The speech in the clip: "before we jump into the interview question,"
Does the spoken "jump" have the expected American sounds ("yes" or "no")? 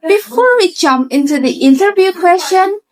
no